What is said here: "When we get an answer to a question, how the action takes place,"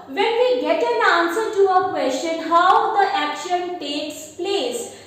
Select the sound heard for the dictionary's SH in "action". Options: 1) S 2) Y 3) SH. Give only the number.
3